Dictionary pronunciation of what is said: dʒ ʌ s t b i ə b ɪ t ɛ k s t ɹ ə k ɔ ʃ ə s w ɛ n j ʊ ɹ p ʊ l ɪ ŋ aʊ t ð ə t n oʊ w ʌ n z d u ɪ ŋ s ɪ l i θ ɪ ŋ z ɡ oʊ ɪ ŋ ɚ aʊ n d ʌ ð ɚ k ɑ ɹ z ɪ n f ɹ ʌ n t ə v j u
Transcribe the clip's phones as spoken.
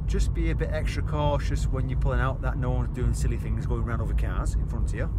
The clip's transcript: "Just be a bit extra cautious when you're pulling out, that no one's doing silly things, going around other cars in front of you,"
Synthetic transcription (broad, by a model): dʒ ʌ s b i ə b ɪ t ɛ k s t ɹ ə k ɔ ʃ ə s w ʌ n j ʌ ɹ p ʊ l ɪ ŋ aʊ t ð ə t n oʊ w ʌ n z d u ɪ ŋ s ɪ l i θ ɪ ŋ z ɡ oʊ ɪ ŋ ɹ aʊ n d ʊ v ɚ k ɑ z ɪ n f ɹ ʌ n t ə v j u